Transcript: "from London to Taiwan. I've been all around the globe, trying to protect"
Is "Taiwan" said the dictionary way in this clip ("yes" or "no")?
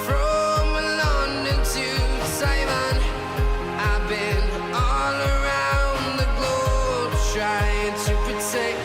no